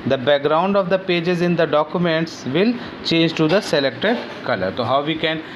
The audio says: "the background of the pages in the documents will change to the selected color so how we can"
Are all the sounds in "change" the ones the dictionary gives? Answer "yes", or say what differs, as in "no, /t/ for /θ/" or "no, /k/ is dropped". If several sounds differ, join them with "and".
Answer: yes